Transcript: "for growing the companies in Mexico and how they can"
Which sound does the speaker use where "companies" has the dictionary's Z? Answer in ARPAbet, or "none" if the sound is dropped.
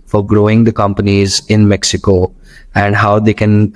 Z